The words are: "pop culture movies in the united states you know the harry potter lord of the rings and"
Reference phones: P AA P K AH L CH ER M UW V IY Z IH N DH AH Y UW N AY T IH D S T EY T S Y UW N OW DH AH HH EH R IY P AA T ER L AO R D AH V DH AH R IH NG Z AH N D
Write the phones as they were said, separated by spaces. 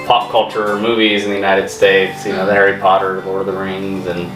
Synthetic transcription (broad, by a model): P AA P K AH L CH ER M UW V IY Z IH N DH AH Y UW N AY T IH D S T EY T S Y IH N OW DH AH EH R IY P AA T ER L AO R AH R DH AH R IH NG Z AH N